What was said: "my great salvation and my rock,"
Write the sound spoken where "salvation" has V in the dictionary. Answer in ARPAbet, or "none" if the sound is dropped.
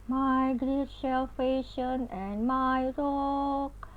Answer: F